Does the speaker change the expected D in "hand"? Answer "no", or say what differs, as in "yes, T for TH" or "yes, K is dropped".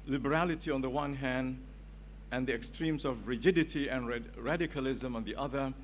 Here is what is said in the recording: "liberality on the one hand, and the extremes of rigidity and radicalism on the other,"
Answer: no